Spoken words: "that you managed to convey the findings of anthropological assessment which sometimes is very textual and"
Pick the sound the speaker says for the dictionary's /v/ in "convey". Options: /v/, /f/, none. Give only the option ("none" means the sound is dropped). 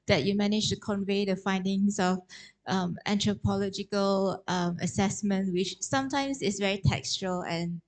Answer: /v/